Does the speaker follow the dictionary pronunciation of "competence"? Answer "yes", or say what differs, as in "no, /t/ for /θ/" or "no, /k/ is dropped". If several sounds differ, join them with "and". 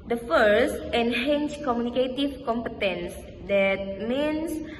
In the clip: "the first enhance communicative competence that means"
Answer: yes